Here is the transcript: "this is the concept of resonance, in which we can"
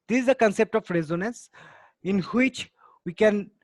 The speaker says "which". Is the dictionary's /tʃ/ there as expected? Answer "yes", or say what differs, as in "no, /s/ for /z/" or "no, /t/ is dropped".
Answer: yes